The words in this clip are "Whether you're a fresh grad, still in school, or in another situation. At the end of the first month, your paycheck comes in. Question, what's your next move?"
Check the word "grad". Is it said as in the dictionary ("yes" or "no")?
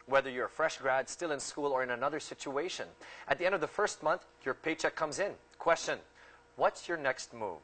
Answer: yes